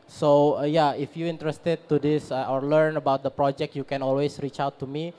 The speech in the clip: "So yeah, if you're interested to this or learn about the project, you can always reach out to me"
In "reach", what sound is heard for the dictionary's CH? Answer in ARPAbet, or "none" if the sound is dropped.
CH